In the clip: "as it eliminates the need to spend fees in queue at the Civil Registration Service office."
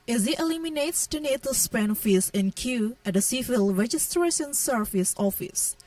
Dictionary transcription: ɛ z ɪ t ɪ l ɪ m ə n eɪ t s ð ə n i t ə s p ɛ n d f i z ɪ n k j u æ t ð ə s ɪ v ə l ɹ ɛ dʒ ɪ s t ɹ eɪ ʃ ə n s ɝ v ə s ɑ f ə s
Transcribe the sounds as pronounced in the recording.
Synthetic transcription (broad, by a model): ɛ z ɪ t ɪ l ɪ m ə n eɪ t s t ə n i t ə s p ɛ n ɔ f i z ɪ n k j u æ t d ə s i f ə l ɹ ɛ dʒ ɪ s t ɹ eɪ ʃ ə n s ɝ f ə s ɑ f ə s